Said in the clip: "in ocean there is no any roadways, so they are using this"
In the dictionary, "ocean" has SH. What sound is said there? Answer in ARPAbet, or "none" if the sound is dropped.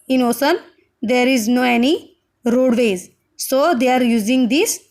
S